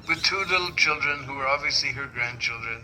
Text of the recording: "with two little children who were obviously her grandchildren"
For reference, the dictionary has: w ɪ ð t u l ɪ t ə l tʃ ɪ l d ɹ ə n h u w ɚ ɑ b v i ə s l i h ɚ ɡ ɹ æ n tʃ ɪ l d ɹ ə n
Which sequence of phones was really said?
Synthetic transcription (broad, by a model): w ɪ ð t u l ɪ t l tʃ ɪ l d ɹ ə n h u w ɚ ɑ b v i ə s l i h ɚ ɡ ɹ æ n tʃ ɪ l d ɹ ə n